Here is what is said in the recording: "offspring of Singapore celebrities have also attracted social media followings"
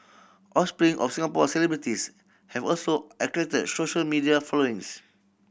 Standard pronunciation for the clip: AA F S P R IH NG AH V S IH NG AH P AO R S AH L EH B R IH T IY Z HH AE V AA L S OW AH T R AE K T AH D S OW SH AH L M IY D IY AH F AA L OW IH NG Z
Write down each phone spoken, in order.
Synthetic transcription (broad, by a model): AA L S P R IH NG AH F S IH NG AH P AO S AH L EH B R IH T IY S HH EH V AA L S OW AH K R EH T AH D S OW SH AH L M IY D IY AH F AA L OW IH NG S